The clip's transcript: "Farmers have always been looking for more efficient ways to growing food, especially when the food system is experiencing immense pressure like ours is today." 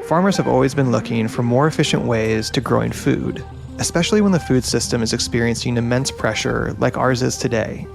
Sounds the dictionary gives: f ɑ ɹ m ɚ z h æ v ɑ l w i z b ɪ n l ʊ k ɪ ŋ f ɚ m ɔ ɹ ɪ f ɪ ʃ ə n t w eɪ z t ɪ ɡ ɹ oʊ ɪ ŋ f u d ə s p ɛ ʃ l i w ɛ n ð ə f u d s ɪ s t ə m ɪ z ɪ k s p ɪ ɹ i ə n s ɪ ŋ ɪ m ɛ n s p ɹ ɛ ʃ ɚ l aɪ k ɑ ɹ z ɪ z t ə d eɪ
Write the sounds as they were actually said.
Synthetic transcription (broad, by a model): f ɑ ɹ m ɚ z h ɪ v ɑ l w i z b ɪ n l ʊ k ɪ ŋ f ɚ m ɔ ɹ ɪ f ɪ ʃ ə n t w eɪ z t ɪ ɡ ɹ oʊ ɪ ŋ f u d ə s p ɛ ʃ l i w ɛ n ð ə f u d s ɪ s t ə m ɪ z ɪ k s p ɪ ɹ i ə n s ɪ ŋ ɪ m ɛ n s p ɹ ɛ ʃ ɚ l aɪ k ɑ ɹ z ɪ z t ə d eɪ